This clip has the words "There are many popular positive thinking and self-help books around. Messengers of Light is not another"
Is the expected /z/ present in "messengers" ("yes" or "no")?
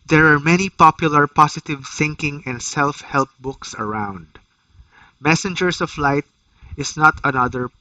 no